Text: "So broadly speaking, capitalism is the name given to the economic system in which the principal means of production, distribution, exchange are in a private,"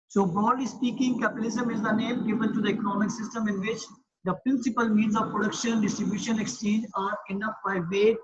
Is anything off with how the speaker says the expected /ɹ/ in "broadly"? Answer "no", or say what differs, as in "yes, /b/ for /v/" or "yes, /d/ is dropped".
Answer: yes, /ɹ/ is dropped